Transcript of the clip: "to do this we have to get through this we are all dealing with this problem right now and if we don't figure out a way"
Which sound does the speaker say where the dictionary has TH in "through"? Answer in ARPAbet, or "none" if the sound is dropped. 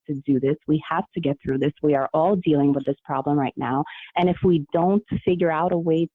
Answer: TH